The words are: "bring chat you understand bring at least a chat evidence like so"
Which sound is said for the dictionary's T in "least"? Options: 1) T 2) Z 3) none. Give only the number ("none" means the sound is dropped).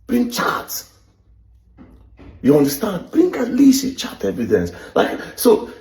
3